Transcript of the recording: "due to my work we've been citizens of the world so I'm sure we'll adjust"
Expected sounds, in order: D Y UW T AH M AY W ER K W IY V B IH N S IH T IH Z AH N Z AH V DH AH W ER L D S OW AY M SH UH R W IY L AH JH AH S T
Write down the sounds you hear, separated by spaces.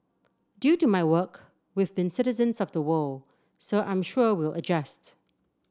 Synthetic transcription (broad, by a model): D Y UW T AH M AY W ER K W IY V B IH N S IH T IH Z AH N Z AH V DH AH W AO L S OW AY M SH UH R W IY L AH JH AH S T